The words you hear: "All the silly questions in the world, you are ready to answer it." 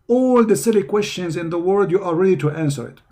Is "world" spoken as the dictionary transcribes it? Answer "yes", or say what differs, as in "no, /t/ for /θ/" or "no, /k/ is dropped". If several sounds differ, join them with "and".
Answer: no, /l/ is dropped